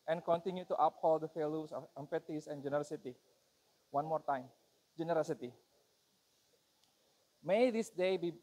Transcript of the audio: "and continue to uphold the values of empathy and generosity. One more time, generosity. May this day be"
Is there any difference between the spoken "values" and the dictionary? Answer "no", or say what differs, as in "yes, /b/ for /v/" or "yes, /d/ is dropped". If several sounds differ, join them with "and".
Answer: yes, /f/ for /v/ and /s/ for /z/